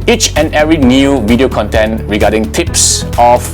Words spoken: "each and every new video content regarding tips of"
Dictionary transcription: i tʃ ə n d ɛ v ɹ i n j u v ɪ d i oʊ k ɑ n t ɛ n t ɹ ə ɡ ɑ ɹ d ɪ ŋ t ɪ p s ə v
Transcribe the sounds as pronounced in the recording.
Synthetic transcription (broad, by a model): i tʃ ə n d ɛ ɹ i n j u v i d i oʊ k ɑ n t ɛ n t ɹ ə ɡ ɑ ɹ d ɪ ŋ t ɪ p s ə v